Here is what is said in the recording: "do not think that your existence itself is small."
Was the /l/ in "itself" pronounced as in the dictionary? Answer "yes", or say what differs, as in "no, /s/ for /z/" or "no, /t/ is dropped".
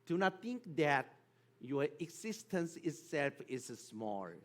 yes